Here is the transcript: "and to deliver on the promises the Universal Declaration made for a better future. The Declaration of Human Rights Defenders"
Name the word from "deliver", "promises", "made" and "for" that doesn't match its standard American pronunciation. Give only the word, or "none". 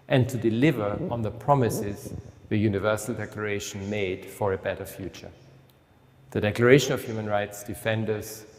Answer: none